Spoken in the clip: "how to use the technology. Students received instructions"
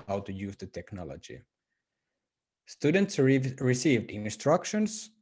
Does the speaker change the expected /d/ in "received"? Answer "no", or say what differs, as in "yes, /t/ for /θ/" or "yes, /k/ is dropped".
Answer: no